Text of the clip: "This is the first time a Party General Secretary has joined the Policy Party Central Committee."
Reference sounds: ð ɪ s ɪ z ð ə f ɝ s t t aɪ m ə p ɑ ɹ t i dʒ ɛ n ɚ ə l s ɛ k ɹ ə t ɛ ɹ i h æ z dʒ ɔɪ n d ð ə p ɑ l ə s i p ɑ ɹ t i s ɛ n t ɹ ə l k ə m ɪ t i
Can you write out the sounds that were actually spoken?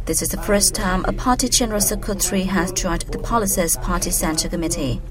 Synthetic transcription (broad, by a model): ð ɪ s ɪ z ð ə f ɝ s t t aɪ m ə p ɑ t i dʒ ɛ n ɚ ə l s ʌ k ə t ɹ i h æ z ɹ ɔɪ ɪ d ð ə p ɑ l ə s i p ɑ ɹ t i s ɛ n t ə k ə m ɪ t i